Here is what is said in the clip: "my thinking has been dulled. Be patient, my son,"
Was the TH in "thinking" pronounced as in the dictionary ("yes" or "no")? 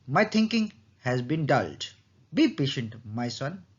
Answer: no